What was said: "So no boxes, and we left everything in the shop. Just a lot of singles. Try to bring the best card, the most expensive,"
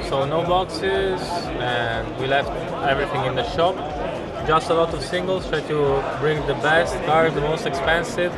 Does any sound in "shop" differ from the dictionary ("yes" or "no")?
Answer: no